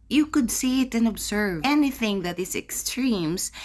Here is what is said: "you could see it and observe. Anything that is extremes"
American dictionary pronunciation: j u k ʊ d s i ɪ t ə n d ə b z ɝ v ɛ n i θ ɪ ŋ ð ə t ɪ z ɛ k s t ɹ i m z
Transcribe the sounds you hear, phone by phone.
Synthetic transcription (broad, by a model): j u k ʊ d s i ɪ t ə n ə b z ɝ v ɛ n i θ ɪ ŋ ð ə t ɪ z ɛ k s t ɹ i m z